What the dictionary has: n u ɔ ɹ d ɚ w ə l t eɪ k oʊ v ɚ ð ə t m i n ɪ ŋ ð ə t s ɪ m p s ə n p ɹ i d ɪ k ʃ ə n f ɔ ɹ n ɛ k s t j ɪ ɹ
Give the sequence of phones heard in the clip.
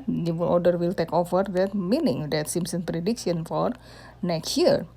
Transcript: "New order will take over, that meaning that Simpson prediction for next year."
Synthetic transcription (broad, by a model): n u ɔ l d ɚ w ə l t eɪ k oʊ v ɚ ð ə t m i n ɪ ŋ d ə t s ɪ m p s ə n p ɹ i d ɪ k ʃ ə n f ɔ ɹ n ɛ k s t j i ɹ